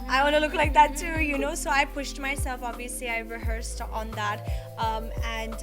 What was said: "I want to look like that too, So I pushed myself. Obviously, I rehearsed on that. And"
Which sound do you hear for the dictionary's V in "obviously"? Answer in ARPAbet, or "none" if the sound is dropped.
V